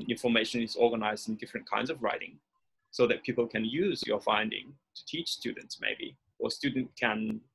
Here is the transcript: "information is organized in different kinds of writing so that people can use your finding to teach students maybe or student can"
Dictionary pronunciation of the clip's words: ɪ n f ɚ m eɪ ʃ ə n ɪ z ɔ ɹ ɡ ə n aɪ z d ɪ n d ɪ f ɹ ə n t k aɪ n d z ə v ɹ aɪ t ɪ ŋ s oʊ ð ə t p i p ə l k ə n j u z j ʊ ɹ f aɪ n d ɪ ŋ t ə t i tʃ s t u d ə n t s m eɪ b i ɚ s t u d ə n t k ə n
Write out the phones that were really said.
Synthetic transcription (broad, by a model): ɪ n f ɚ m eɪ ʃ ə n ɪ z ɔ ɹ ɡ ə n aɪ z d ɪ n d ɪ f ɹ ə n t k aɪ n d z ə v ɹ aɪ t ɪ ŋ s oʊ ð ə t p i p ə l k ə n j u z j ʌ ɹ f aɪ n d ɪ ŋ t ə t i tʃ s t u d n t s m eɪ b i ɚ s t u d n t k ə n